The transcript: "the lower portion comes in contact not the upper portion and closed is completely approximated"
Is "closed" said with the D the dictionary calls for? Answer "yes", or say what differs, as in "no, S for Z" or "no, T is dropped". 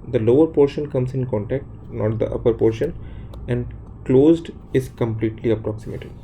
yes